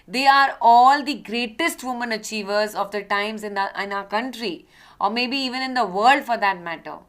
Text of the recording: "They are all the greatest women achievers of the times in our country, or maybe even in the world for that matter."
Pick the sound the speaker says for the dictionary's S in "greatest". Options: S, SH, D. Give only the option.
S